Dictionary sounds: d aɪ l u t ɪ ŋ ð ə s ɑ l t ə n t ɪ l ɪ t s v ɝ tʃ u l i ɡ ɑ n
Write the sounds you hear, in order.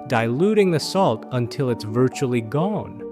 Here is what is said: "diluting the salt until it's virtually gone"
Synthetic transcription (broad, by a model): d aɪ l u t ɪ ŋ ð ə s ɑ l t ə n t ɪ l ɪ t s v ɝ tʃ u l i ɡ ɑ n